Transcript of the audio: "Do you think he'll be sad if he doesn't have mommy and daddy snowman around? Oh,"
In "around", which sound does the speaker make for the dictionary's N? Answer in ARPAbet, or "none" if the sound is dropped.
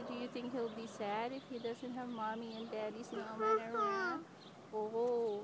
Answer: none